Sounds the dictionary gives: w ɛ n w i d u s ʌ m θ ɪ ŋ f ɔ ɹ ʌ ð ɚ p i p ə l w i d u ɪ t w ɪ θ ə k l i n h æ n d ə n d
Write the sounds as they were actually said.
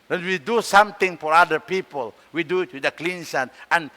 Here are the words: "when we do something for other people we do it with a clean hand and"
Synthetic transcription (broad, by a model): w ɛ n w i d u s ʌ m t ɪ ŋ f ɔ ɹ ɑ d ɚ p i p ə l w i d u ɪ t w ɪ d ə k l i n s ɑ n ə n